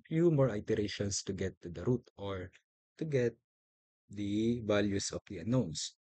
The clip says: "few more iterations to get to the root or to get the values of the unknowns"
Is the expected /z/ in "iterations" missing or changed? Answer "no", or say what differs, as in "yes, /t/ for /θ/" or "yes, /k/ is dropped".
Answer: yes, /s/ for /z/